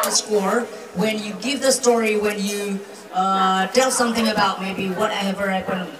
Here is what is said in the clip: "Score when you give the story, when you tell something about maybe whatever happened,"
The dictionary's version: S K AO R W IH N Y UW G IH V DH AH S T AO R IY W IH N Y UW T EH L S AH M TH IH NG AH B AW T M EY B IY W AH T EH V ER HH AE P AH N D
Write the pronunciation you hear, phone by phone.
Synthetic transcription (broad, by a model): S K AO R W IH N Y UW G IH V DH AH S T AO R IY W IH N Y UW T EH L S AH M TH IH NG AH B AW T M EY B IY W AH T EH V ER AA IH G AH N